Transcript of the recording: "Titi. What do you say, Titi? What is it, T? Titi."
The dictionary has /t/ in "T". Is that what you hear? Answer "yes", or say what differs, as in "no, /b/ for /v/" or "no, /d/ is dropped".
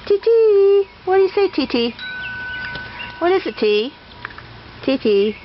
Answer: yes